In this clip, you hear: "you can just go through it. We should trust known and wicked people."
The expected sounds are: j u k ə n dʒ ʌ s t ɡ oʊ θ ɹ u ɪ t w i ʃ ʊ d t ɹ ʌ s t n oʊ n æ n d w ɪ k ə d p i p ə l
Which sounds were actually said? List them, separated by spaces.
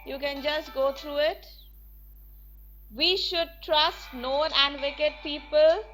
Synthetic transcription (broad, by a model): j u k ə n dʒ ʌ s t ɡ oʊ t ɹ u ɪ t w i ʃ ʊ d t ɹ ʌ s t n oʊ n æ n d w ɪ k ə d p i p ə l